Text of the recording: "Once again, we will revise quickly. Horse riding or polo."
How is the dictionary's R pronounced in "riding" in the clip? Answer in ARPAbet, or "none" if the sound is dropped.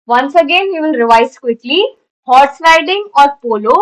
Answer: L